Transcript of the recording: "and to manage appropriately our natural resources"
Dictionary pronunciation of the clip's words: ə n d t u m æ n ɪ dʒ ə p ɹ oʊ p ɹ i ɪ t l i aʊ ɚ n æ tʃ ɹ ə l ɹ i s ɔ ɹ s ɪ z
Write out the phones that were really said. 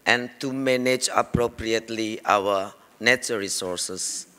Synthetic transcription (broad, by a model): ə n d t u m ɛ n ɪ dʒ ə p ɹ oʊ p ɹ i ɪ t l i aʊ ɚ n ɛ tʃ ə ɹ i s ɔ ɹ s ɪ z